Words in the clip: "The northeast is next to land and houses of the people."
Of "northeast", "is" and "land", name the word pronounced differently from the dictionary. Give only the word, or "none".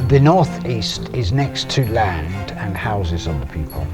none